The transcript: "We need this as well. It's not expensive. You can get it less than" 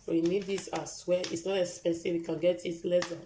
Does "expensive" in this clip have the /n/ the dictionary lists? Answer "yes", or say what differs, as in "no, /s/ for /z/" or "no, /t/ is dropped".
no, /n/ is dropped